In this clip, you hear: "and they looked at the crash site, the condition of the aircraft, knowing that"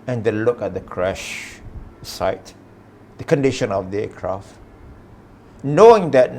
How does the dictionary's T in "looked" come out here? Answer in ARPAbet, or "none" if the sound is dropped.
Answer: none